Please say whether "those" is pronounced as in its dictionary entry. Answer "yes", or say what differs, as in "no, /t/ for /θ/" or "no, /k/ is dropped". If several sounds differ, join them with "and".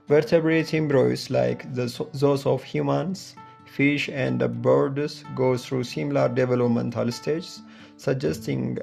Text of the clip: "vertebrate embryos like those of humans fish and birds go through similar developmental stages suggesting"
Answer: no, /s/ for /z/